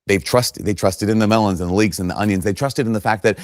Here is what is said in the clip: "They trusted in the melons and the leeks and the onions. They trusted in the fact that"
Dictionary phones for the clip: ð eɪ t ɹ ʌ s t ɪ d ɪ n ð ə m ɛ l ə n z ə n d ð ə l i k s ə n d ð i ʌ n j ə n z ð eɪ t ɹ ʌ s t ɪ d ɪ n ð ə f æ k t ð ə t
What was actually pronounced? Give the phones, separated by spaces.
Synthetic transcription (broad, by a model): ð eɪ t ɹ ʌ s t ɪ d ɪ n ð ə m ɛ l ə n z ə n ð ə l i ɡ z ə n ð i ʌ n j ə n z ð eɪ t ɹ ʌ s t ɪ d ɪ n ð ə f æ k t ð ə t